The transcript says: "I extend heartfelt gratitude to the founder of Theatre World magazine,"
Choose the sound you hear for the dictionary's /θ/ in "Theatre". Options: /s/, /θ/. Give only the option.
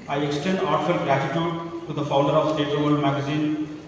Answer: /s/